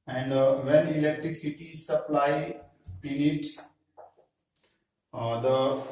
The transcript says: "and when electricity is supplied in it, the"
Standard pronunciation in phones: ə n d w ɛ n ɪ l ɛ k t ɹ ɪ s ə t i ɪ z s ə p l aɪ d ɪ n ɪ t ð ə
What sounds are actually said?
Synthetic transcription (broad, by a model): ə n d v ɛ n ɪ l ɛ k t ɹ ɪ s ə t i s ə p l aɪ ɪ n ɪ t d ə